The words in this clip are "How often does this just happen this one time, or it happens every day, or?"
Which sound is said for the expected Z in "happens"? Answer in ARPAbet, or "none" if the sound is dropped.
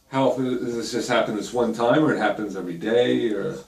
Z